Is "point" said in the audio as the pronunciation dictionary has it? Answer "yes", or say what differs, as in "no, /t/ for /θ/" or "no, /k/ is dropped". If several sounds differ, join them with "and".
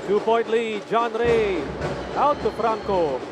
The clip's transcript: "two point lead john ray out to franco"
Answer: no, /b/ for /p/ and /n/ is dropped